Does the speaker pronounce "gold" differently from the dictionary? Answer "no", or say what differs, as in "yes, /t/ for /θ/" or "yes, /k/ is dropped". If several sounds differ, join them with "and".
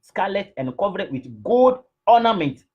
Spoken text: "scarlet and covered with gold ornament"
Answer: yes, /l/ is dropped